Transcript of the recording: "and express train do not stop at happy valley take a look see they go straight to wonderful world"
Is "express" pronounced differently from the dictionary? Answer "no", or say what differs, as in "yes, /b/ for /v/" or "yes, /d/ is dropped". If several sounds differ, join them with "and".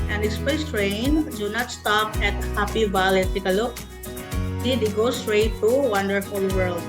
yes, /ɹ/ is dropped